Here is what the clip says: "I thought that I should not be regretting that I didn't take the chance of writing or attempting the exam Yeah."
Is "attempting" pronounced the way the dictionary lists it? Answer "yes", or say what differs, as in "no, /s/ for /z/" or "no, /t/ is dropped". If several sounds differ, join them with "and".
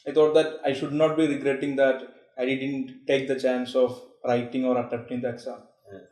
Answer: no, /s/ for /t/ and /m/ is dropped